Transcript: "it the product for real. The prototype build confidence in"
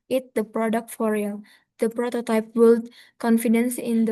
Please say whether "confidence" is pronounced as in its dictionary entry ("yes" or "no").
yes